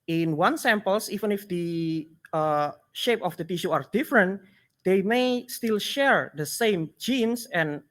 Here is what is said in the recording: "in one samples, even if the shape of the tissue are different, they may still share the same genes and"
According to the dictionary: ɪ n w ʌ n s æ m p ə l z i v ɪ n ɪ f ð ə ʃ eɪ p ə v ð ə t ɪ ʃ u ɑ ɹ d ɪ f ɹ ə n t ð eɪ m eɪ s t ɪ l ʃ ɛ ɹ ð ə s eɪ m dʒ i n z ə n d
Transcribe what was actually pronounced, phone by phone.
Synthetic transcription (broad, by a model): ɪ n w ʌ n s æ m p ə l s i v ɪ n ɪ f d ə ʃ eɪ p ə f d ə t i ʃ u ɑ ɹ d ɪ f ɹ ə n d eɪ m eɪ s t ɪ l ʃ ɛ ɹ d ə s eɪ m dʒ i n s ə n